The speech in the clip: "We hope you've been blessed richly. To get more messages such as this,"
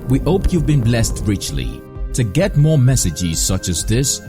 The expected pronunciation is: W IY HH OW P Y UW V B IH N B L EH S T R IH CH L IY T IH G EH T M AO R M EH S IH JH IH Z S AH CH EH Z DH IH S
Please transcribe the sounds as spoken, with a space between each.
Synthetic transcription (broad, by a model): W IY HH OW P Y UW V B IH N B L EH S T R IH CH L IY T IH G EH T M AO R M EH S IH JH IH Z S AH CH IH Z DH IH S